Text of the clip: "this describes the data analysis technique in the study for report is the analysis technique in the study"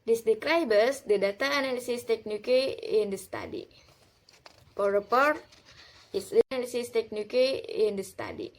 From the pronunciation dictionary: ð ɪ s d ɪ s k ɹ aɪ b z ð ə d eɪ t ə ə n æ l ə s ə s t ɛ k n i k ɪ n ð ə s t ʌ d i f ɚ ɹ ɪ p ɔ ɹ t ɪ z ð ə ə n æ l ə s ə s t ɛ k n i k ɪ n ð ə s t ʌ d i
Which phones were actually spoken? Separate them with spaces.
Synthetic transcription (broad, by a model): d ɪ s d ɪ k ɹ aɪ b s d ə d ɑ t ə n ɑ l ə s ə s t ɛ k n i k ɪ n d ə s t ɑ d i p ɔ ɹ ɪ p ɔ ɹ t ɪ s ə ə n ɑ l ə s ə s t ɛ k n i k ɪ n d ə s t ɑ d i